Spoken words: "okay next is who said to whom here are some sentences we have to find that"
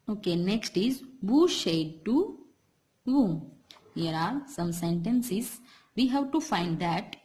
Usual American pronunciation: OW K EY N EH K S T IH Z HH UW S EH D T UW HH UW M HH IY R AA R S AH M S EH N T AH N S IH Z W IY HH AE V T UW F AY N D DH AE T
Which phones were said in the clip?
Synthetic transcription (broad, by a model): OW K EY N EH K S T IH Z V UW SH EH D T UW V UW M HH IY R AA R S AH M S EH N T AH N S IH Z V IY HH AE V T UW F AY N D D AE T